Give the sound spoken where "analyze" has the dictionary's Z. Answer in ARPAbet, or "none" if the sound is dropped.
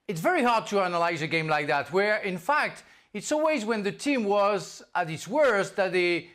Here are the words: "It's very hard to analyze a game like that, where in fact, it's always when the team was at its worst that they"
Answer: Z